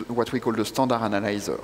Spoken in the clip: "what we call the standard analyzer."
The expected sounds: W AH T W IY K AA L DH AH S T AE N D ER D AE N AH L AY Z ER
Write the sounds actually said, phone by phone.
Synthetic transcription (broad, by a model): W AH T W IY K AA L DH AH S T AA D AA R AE N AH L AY Z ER